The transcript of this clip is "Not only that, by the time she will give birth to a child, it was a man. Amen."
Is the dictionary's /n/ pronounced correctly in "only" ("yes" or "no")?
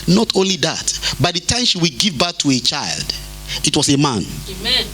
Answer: yes